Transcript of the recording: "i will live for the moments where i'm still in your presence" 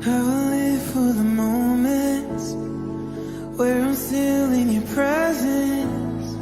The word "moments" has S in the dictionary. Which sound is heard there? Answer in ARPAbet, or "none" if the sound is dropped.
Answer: none